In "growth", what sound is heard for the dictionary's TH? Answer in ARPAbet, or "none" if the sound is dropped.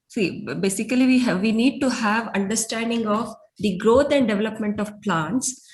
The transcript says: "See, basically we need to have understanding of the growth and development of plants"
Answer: T